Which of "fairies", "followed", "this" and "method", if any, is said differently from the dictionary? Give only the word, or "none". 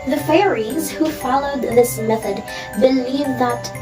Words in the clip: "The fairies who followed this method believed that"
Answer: none